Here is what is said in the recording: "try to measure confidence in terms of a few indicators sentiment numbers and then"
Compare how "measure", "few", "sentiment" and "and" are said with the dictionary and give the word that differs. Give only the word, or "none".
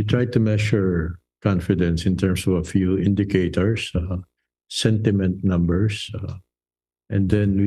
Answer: measure